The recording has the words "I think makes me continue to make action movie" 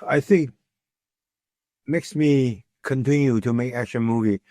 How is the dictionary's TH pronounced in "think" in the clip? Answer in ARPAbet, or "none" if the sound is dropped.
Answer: TH